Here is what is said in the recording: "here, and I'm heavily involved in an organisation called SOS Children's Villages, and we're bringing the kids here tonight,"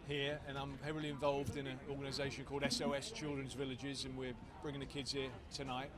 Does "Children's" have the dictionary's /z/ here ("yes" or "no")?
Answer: yes